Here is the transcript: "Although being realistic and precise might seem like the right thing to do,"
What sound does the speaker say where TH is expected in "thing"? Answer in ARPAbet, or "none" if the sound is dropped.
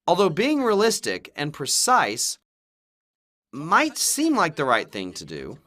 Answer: TH